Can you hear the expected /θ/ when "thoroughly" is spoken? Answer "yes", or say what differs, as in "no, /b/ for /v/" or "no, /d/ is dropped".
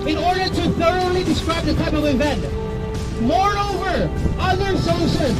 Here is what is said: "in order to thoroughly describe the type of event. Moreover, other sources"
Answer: yes